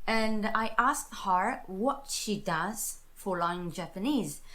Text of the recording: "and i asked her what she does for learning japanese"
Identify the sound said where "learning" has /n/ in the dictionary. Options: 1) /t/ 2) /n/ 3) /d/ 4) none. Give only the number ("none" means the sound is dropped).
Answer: 4